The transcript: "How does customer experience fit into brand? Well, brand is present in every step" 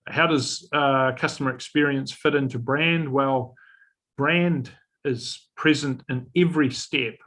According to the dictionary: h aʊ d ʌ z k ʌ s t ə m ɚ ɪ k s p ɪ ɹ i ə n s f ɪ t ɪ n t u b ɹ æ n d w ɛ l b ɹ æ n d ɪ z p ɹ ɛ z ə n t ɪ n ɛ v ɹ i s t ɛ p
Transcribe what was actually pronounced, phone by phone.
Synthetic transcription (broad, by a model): h aʊ d ʌ z k ʌ s t ə m ɚ ɪ k s p ɪ ɹ i ə n s f ɪ t ɪ n t u b ɹ æ n d w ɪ l b ɹ æ n d ɪ z p ɹ ɛ z ə n t ɪ n ɛ v ɹ i s t ɛ p